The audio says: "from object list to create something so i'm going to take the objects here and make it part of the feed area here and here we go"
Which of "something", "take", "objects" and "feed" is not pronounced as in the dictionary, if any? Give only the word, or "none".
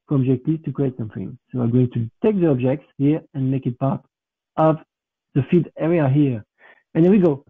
none